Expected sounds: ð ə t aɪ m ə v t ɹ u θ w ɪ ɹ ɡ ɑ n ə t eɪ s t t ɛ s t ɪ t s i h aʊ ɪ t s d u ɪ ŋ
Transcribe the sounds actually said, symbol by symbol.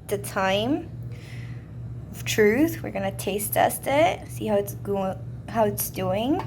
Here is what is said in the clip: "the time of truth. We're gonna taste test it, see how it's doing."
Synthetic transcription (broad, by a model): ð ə t aɪ m ə v t ɹ u θ w ɪ ɹ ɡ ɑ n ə t eɪ s t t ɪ s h ɪ t s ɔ h aʊ ɪ t s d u ɪ ŋ